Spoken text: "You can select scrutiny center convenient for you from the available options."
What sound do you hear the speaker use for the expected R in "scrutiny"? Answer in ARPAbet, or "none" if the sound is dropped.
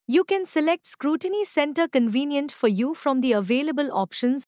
R